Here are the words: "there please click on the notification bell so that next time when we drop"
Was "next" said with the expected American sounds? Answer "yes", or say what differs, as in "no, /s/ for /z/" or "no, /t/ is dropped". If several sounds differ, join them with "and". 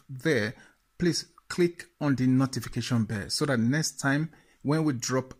yes